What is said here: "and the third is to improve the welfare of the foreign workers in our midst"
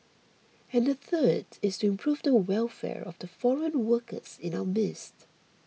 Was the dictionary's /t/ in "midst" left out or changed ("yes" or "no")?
no